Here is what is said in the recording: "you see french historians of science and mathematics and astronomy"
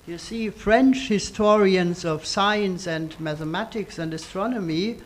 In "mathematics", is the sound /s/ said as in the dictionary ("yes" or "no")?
yes